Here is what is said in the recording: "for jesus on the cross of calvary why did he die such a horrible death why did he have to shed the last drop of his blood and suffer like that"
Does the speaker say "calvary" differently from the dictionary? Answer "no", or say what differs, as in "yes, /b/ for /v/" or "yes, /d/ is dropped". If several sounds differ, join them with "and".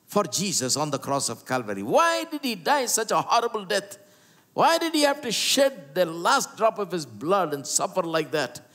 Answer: no